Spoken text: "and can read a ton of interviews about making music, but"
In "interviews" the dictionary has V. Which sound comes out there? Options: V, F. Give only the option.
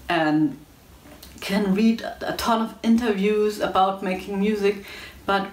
V